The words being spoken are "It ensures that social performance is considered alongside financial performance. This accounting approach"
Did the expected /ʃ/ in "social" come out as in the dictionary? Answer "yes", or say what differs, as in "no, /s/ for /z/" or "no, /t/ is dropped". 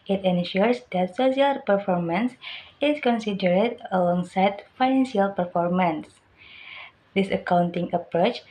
no, /s/ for /ʃ/